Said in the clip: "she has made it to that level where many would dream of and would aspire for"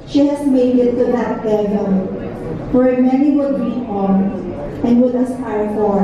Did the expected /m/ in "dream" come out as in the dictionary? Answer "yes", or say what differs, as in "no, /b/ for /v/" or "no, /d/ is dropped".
no, /m/ is dropped